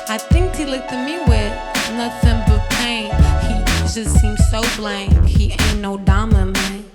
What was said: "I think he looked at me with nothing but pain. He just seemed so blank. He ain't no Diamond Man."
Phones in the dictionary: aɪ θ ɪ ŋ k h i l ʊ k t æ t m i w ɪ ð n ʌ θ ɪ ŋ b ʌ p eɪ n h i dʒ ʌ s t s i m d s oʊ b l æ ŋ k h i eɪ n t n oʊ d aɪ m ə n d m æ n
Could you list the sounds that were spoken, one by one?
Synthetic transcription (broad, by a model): aɪ θ ɪ ŋ k h i l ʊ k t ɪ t m i w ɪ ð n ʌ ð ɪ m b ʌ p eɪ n h i dʒ ʌ s t s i m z s oʊ b l æ ŋ k h i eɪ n n oʊ d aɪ m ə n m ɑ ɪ